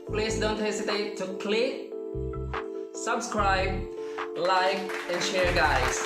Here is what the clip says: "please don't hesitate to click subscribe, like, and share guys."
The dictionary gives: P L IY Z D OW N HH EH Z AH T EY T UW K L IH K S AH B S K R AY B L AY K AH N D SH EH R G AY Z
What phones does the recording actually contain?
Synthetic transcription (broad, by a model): P L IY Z D OW N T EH S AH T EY T UW K L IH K S AH B S K R AY B L AY K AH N SH EH R G AY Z